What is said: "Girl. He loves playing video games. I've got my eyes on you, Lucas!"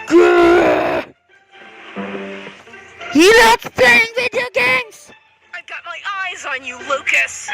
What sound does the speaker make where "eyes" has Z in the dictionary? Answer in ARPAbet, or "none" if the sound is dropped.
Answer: Z